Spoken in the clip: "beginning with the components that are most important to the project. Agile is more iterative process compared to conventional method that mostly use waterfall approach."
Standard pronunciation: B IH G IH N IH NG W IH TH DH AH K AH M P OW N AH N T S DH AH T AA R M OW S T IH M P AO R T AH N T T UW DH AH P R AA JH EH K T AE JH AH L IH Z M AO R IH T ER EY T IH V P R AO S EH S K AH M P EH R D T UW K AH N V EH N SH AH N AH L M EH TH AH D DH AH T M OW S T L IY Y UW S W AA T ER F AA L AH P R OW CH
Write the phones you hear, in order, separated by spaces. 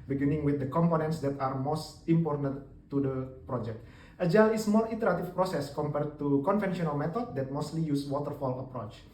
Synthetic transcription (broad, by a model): B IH G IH N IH NG W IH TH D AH K AH M P OW N AH N T S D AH T AA R M OW S T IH M P AO R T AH N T T UW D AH P R AA JH EH K T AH JH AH L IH S M AO L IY T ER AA T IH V P R AO S EH S K AH M P EH R D T UW K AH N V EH N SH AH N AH L M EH T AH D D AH T M OW S T L IY Y UW S W AA T ER F AA L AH P R OW CH